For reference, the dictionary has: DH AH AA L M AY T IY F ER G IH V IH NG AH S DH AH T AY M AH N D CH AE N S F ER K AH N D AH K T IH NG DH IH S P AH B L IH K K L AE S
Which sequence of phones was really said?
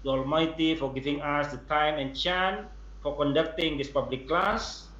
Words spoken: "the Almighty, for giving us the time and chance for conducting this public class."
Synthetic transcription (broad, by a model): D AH AA L M AY T IY F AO G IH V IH NG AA S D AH T AY M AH N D CH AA N F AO K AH N D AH K T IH NG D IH S P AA B L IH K K L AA S